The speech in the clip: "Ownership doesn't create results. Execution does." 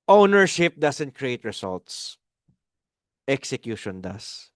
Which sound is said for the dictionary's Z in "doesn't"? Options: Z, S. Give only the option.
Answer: S